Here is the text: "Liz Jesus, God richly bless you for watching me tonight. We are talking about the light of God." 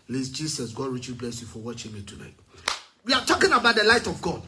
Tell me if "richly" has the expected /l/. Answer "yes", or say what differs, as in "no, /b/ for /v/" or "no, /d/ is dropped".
no, /l/ is dropped